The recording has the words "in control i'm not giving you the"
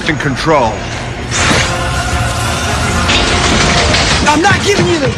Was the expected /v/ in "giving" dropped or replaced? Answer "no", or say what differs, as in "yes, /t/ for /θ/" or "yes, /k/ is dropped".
no